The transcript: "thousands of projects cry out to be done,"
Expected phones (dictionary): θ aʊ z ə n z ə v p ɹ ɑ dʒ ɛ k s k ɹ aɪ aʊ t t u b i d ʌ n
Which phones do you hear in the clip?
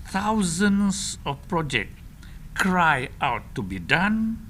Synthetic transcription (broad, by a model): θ aʊ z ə n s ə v p ɹ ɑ dʒ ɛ k k ɹ aɪ aʊ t t u b i d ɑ n